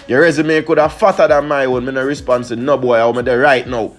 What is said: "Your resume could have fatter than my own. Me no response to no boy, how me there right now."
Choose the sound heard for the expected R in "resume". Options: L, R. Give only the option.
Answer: R